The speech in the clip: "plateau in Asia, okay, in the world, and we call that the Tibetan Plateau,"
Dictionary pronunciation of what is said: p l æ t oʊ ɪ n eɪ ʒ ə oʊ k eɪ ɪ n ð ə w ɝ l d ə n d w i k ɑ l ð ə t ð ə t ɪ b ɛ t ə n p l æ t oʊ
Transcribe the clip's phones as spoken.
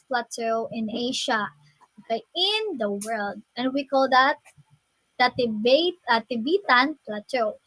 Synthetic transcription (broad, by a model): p l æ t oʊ ɪ n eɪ ʃ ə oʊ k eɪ ɪ n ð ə w ɝ l d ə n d w i k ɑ l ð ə t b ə t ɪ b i t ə n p l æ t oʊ